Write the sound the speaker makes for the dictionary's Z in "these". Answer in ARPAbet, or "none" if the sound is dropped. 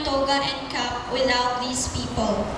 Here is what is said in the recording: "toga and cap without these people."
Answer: S